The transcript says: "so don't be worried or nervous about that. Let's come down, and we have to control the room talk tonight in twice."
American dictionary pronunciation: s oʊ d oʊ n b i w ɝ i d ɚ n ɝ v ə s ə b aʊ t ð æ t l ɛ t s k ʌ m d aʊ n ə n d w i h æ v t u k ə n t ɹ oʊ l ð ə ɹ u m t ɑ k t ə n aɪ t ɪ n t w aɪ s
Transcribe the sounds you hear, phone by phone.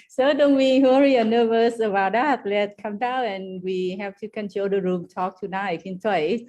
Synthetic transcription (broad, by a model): s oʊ d oʊ n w i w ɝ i ɚ n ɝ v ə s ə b aʊ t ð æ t l ɛ t s k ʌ m d aʊ n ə n w i h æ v t u k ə n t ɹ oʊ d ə ɹ u m t ɑ k t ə n aɪ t ɪ n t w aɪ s